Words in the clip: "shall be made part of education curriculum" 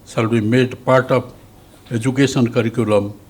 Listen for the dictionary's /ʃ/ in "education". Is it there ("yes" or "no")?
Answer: no